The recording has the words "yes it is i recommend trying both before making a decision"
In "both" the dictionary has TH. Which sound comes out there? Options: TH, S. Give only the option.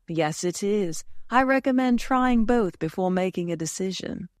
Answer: TH